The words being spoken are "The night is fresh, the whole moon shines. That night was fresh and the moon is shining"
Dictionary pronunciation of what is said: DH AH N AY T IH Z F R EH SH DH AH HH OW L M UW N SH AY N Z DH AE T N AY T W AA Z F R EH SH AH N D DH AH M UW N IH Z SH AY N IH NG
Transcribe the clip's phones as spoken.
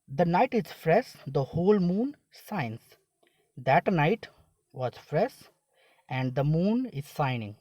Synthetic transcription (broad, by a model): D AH N AY T IH Z F R EH SH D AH HH OW L M UW N S AY N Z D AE T N AY T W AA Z F R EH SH AH N D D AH M UW N IH Z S AY N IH NG